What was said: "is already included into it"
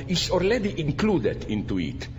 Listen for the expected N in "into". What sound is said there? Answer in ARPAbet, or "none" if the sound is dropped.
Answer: N